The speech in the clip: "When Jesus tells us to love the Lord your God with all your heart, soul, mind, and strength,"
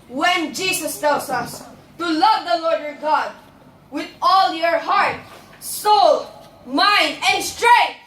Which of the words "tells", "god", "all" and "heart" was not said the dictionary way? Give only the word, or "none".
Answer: tells